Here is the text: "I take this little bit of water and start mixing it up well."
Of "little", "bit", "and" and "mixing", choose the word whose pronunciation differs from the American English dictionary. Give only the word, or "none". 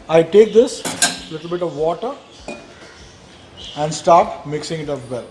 none